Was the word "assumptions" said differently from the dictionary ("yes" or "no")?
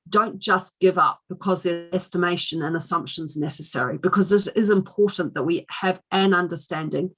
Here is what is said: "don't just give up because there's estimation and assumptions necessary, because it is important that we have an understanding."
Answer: no